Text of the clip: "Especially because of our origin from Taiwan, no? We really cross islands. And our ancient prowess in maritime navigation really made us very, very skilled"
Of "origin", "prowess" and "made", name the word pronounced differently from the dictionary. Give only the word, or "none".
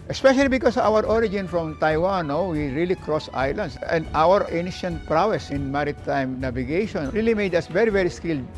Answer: none